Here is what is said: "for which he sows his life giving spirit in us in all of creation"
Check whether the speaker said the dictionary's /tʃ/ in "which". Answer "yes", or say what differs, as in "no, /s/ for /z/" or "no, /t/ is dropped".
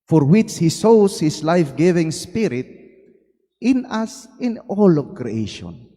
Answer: yes